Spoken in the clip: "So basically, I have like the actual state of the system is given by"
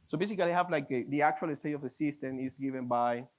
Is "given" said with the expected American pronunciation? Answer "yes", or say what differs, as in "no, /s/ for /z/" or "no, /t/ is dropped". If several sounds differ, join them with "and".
yes